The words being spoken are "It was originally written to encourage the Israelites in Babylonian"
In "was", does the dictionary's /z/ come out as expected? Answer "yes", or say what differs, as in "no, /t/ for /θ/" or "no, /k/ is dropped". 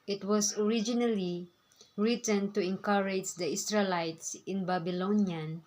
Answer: no, /s/ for /z/